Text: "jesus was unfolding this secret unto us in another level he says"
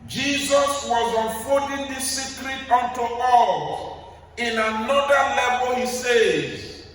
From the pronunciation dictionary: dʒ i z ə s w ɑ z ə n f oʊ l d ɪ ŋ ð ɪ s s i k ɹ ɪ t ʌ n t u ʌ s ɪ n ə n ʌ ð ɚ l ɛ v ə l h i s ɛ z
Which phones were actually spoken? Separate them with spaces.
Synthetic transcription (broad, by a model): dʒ i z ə s w ɑ z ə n f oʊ n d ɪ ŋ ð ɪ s s i k ɹ ɪ t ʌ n t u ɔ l ɪ n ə n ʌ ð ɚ l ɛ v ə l h i s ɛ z